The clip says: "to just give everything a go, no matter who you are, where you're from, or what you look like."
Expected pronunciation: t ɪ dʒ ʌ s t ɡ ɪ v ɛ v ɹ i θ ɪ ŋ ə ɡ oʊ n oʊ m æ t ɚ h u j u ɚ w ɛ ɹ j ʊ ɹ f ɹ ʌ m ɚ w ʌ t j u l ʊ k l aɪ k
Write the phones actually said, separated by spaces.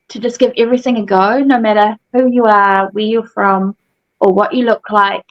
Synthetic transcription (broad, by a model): t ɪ dʒ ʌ s ɡ ɪ v ɛ v ɹ i θ ɪ ŋ ə ɡ oʊ n oʊ m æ t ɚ h u j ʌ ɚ w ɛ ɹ j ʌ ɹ f ɹ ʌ m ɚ w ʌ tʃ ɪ l ʊ k l aɪ k